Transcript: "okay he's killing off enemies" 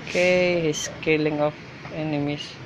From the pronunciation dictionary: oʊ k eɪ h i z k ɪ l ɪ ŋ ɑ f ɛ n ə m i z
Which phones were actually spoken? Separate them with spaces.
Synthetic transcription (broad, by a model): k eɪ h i s k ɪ l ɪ ŋ ɑ f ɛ n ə m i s